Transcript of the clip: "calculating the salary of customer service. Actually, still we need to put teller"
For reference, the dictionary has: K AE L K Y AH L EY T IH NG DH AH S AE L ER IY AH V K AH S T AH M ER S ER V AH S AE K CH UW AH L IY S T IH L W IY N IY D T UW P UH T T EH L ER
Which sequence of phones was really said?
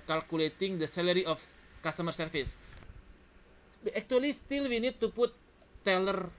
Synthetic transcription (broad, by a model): K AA L K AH L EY T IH NG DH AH S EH L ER IY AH F K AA S T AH M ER S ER F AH S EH K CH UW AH L IY S T IH L W IY N IY D T UW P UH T T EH L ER